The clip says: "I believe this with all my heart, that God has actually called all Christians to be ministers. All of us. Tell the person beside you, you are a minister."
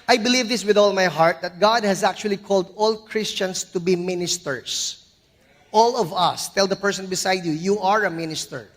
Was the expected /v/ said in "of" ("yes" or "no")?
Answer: yes